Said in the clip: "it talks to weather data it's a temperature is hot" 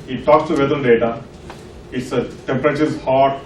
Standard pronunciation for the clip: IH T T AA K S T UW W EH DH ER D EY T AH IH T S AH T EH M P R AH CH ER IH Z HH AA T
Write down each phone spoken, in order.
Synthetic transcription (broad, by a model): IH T T AA K S T UW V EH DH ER D EY T AH IH T S AH T EH M P R AH CH ER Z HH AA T